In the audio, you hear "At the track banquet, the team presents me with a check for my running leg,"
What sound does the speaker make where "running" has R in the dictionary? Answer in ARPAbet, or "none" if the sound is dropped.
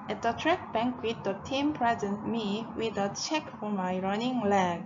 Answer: R